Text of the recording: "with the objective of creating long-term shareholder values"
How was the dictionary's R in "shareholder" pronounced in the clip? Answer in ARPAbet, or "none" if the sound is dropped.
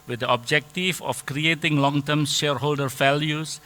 R